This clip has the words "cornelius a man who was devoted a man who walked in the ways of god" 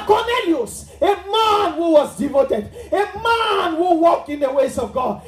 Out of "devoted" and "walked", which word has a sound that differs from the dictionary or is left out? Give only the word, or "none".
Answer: walked